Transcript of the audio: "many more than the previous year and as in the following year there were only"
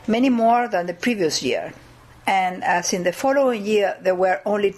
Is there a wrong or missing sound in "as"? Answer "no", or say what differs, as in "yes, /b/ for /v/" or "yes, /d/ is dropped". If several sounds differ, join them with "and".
yes, /s/ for /z/